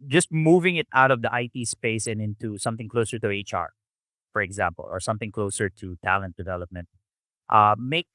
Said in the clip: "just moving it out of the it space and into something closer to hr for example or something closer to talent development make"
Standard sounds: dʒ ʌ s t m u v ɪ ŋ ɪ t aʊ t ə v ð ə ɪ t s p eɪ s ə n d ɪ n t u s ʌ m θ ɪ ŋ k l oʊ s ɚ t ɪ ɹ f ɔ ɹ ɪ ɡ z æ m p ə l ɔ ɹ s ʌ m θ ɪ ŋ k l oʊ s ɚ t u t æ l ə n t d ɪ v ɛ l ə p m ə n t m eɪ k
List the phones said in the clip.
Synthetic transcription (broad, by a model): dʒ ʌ s t m u v ɪ ŋ ɪ t aʊ t ə v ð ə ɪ t s p eɪ s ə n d ɪ n t u s ʌ m θ ɪ ŋ k l oʊ s ɚ t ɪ ɹ f ɔ ɹ ɪ ɡ z æ m p ə l ɔ ɹ s ʌ m θ ɪ ŋ k l oʊ s ɚ t u t æ l ə n t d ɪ v ɛ l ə p m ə n t m eɪ k